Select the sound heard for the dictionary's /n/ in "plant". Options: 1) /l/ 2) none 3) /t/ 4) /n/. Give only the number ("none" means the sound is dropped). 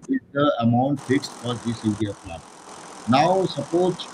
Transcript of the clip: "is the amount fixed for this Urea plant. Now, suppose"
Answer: 2